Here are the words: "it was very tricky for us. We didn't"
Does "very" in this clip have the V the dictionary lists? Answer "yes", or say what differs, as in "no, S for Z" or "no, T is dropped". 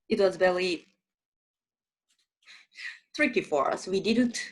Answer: no, B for V